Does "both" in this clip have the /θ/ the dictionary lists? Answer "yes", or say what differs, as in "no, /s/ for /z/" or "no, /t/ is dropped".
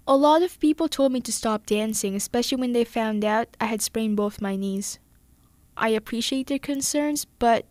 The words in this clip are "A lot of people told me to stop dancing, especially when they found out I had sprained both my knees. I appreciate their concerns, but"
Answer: yes